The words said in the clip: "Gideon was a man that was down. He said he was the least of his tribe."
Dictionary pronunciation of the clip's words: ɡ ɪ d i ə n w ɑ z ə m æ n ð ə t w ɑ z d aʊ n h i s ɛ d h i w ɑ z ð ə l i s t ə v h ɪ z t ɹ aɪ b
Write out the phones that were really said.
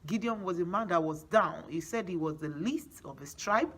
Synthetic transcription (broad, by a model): ɡ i d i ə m w ɑ z ə m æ n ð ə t w ɑ z d aʊ n h i s ɛ d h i w ɑ z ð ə l i s t ə v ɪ s t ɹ aɪ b